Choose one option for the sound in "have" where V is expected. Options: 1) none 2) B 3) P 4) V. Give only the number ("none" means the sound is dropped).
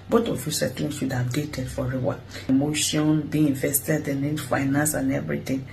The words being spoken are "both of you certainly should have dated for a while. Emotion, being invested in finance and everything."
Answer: 2